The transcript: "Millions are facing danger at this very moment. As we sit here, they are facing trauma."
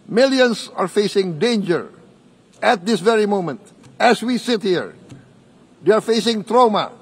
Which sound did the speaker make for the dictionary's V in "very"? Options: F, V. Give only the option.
V